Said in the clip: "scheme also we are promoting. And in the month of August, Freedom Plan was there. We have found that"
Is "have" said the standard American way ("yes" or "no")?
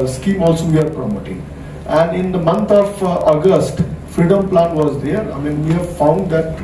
yes